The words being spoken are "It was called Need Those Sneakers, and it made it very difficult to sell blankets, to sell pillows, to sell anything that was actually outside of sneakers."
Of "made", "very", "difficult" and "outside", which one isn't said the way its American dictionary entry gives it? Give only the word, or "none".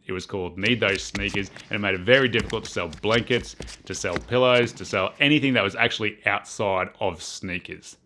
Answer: difficult